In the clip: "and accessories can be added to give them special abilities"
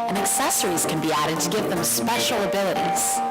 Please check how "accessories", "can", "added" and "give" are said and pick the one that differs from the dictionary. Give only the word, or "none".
none